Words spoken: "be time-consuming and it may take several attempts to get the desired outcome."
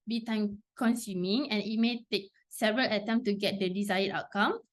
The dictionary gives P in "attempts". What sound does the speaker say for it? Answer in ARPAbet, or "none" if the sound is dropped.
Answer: none